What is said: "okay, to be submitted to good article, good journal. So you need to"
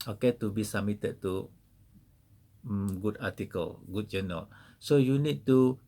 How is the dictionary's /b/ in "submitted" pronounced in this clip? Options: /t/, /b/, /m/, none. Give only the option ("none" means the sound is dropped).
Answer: none